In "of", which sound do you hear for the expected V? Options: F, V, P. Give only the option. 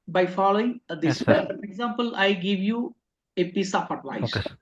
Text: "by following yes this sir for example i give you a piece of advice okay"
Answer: P